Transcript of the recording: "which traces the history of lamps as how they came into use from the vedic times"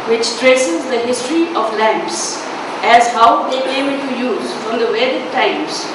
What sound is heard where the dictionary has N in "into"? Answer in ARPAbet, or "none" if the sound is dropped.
L